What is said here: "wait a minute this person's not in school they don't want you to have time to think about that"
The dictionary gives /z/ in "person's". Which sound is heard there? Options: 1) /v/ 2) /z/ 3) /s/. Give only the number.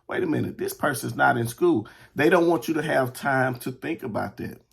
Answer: 2